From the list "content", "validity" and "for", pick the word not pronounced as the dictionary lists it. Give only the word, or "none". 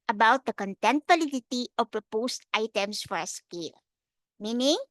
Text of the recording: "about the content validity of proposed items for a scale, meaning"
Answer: validity